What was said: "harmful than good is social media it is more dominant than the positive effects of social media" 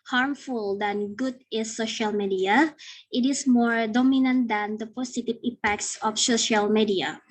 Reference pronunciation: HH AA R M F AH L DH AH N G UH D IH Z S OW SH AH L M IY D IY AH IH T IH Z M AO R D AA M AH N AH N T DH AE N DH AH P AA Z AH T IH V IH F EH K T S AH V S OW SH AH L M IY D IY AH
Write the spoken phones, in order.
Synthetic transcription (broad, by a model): HH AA R M F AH L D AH N G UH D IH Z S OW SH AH L M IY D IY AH IH T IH S M AO R D AA M AH N AH N T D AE N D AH P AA S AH T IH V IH P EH K T S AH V S OW SH AH L M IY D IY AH